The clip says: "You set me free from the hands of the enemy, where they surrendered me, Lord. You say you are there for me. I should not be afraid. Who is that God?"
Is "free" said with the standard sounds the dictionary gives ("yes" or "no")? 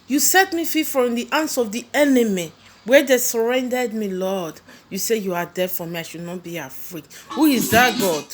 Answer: no